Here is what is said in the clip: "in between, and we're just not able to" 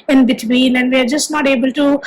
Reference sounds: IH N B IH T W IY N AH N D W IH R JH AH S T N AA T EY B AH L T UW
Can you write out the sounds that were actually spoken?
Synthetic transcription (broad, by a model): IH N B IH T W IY L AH N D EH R JH AH S T N AA T EY B AH L T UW